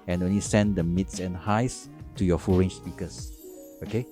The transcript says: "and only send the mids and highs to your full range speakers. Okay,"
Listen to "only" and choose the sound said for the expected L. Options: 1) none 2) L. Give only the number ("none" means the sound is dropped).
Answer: 2